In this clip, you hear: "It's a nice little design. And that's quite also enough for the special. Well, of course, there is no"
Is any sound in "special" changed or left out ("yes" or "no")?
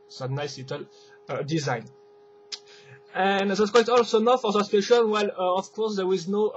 yes